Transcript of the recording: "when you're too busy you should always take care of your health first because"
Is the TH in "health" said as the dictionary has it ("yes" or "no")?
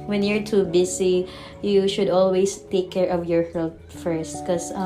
no